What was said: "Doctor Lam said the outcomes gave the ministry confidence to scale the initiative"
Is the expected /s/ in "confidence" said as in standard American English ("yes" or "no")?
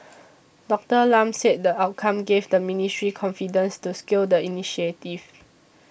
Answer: yes